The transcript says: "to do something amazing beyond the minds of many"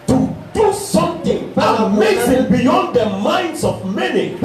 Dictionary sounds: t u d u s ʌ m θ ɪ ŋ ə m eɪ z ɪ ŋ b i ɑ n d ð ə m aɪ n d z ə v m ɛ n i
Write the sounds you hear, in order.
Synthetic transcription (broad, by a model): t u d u s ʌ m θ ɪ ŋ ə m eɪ s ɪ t b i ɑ n d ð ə m aɪ n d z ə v m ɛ n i